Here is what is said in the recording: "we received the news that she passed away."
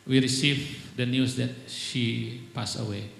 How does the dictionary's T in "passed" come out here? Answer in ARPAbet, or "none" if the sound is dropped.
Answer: none